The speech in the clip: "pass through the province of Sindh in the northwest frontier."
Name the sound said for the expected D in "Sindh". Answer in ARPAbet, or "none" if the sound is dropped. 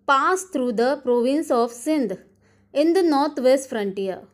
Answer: D